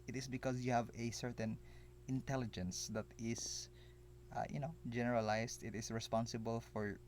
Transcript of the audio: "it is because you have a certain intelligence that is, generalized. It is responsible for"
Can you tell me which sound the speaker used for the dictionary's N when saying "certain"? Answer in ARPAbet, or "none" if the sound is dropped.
N